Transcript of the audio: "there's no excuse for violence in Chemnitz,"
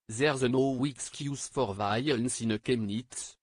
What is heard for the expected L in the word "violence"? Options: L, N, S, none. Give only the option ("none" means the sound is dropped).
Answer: none